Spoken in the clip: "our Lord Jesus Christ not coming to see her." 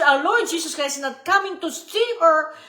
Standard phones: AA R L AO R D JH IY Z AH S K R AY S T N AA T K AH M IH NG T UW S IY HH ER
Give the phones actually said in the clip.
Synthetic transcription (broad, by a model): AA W L AO R D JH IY S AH S K R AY S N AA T K AH M IH NG T UW S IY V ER